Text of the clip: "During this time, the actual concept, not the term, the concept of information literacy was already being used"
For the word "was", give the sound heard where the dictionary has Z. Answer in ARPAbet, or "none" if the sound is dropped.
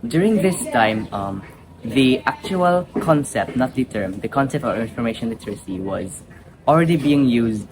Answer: Z